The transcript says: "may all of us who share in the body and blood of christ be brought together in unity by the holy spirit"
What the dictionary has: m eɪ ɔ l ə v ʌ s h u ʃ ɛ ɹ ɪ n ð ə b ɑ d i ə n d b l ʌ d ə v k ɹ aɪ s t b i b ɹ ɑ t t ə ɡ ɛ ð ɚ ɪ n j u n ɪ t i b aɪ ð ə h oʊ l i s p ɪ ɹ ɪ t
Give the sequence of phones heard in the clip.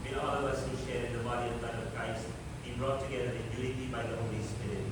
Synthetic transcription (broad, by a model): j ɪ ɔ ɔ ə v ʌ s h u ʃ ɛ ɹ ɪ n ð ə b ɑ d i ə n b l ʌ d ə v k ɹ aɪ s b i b ɹ ɑ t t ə ɡ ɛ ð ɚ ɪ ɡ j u l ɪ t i b aɪ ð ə h oʊ l i s p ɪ ɹ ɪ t